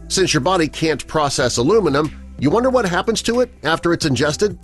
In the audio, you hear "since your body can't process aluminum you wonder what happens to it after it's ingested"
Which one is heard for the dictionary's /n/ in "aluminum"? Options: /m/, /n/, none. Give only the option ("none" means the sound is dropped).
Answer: /n/